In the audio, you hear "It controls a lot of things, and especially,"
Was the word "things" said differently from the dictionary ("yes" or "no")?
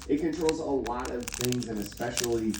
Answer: no